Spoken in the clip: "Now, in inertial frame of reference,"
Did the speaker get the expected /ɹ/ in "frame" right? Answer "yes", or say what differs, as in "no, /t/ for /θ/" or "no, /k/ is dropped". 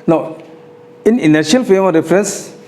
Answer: no, /ɹ/ is dropped